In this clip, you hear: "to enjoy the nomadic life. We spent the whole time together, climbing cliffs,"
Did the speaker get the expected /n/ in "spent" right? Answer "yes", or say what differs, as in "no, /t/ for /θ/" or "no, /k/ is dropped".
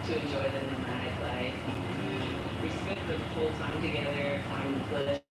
no, /n/ is dropped